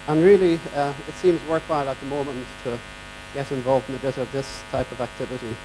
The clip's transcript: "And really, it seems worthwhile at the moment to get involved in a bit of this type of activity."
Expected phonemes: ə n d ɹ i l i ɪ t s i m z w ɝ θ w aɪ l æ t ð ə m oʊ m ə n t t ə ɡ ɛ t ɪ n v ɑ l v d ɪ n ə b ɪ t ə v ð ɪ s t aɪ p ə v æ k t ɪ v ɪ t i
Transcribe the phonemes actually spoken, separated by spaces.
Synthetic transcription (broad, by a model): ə n ɹ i l i ɪ t s i m z w ɝ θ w aɪ l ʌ t ð ə m oʊ m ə n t t ə ɡ ɛ t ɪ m v ɑ l v d ɪ n ə b ɪ t ə v ð ɪ s t aɪ p ə v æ k t ɪ v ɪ t i